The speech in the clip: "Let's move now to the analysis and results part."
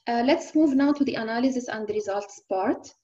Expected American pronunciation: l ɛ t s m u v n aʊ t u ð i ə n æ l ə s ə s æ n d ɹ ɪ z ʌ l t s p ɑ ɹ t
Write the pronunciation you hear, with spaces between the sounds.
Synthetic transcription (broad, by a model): l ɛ t s m u v n aʊ t u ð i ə n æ l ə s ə s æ n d ɹ ɪ z ʌ l t s p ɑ ɹ t